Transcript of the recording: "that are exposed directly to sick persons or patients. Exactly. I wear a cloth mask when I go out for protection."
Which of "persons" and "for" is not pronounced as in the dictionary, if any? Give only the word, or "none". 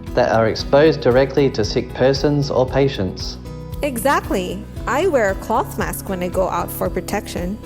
none